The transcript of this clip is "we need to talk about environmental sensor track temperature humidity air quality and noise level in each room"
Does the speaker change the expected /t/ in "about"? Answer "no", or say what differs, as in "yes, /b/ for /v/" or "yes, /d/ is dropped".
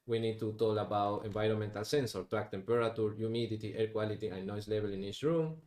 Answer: no